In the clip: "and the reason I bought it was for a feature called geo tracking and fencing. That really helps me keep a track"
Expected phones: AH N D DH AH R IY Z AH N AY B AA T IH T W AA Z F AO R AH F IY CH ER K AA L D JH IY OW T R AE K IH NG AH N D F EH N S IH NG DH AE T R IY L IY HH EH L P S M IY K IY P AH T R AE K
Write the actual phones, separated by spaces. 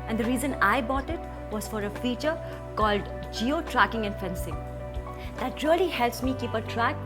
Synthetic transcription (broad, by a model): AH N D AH R IY Z AH N AY B AA T IH T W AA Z F AO R AH F IY CH ER K AA L D JH IY OW T R AE K IH NG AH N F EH N S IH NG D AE T R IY L IY HH EH L P S M IY K IY P AH T R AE K